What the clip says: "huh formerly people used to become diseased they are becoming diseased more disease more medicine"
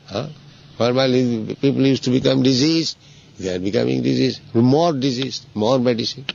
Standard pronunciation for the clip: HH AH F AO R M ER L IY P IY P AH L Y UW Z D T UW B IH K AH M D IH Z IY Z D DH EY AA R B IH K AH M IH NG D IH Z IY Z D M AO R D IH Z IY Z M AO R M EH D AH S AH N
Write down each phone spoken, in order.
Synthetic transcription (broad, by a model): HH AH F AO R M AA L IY P IY P AH L Y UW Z T UW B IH K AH M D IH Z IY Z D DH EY AA R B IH K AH M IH NG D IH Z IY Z M AO R D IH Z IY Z M AO R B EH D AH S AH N